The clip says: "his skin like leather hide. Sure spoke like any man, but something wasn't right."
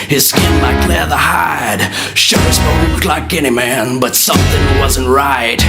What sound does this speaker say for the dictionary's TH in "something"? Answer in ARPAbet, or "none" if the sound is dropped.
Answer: TH